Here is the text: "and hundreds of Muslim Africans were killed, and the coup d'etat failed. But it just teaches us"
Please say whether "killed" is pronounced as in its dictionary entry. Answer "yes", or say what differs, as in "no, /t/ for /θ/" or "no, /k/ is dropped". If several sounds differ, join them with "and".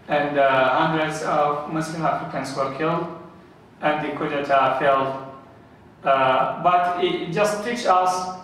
yes